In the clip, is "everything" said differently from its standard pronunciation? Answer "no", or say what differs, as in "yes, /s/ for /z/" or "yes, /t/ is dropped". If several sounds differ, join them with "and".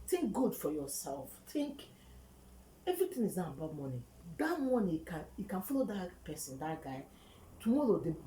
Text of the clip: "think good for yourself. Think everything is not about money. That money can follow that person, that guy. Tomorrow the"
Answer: yes, /t/ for /θ/